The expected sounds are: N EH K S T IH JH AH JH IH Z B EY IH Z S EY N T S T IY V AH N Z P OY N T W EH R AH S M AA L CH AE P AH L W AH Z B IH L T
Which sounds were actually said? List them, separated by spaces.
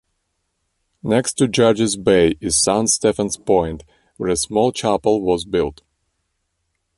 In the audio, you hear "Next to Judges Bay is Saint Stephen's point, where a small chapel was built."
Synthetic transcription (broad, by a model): N EH K S T IH JH AH JH IH Z B EY IH Z S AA N S T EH F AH N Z P OY N T W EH R AH S M AA L CH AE P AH L W AH Z B IH L T